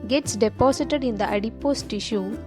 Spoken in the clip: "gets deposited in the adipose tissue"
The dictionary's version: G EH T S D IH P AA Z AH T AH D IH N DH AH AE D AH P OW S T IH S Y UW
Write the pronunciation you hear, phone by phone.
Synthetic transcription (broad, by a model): G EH T S D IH P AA S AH T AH D IH N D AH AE D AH P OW S T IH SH Y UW